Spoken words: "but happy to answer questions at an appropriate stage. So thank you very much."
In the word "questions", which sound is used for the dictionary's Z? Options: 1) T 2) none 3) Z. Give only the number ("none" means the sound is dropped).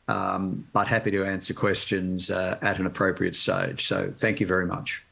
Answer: 3